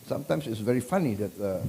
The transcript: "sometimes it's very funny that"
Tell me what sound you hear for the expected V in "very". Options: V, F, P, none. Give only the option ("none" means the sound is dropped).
V